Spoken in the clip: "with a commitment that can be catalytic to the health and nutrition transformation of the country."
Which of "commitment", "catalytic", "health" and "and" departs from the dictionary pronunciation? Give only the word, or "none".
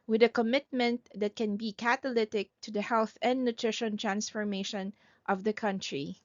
none